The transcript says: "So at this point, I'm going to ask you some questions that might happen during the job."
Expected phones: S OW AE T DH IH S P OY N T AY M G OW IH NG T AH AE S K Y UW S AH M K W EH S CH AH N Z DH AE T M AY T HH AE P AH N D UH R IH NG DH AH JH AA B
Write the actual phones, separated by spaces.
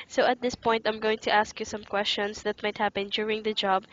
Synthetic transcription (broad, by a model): S OW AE T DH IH S P OY N T AY M G OW IH NG T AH AE S K Y UW S AH M K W EH S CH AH N S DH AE T M AY T HH AE P AH N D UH R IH NG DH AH JH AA B